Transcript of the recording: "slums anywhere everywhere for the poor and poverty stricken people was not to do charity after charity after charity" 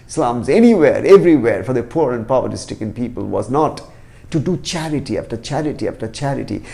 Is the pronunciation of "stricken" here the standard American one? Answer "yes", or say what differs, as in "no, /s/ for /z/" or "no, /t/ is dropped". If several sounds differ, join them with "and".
no, /ɹ/ is dropped